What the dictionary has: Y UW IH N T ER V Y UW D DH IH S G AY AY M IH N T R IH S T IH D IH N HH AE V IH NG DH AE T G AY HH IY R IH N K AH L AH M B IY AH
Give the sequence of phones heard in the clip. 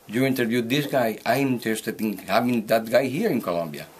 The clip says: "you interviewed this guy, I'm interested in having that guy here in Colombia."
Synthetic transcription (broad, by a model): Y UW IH N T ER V Y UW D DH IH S G AY AY M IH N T IH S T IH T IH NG HH AE V IH NG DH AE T G AY HH IY R IH N K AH L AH M B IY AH